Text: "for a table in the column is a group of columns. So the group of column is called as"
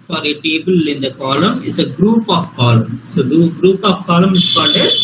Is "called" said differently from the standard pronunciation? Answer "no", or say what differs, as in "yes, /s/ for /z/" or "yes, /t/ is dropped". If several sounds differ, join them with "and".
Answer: yes, /n/ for /l/